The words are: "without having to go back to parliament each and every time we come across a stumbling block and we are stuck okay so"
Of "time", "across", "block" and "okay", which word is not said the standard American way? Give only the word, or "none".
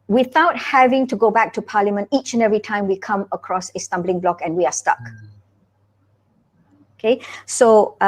none